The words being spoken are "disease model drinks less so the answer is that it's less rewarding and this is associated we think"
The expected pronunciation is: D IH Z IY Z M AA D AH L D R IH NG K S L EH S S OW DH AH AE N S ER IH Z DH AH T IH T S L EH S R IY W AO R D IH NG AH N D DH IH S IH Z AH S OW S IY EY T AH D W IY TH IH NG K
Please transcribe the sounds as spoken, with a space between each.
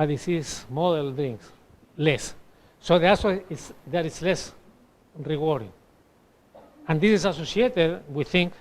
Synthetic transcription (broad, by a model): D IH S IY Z M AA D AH L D R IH NG K S L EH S S OW DH AH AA S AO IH S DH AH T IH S L EH S R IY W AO R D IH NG AH N D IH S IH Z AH S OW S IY EY T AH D W IY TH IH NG K